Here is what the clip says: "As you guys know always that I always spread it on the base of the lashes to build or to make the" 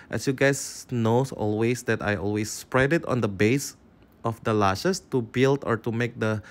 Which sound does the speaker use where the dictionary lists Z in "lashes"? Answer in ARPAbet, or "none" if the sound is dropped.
S